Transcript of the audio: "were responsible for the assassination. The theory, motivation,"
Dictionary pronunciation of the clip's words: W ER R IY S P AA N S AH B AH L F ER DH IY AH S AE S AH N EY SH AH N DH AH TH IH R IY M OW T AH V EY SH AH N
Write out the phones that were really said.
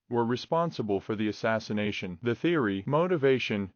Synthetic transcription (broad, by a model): W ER R IY S P AA N S AH B AH L F ER DH IY AH S AE S AH N EY SH AH N DH AH TH IH R IY M OW T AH V EY SH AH N